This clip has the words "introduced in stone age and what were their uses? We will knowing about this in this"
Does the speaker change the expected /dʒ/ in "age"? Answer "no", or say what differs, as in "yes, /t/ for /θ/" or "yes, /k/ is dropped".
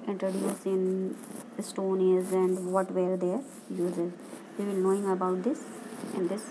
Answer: yes, /z/ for /dʒ/